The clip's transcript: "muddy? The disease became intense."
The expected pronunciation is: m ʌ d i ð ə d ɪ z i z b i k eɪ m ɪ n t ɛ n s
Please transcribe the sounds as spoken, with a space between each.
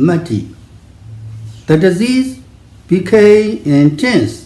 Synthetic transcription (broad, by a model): m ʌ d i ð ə d ɪ z i z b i k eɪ ɪ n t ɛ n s